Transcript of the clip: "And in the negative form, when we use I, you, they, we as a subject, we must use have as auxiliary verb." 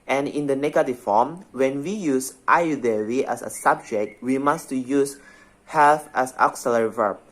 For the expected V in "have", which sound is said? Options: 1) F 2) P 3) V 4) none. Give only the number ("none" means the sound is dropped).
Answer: 1